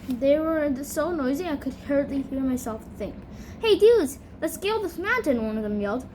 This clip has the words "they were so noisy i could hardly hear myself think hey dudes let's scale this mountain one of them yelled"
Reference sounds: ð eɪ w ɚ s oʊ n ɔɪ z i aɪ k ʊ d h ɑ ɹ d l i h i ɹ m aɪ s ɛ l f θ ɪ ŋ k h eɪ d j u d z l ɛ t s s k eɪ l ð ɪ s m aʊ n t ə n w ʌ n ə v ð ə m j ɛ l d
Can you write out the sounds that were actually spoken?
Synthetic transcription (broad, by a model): ð eɪ w ɚ s oʊ n ɔɪ z i aɪ k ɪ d h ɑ ɹ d l i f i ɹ m aɪ s ɛ l f θ ɪ ŋ k h eɪ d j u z l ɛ t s s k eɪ l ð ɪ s m aʊ n t ə n w ʌ n ə v ð ə m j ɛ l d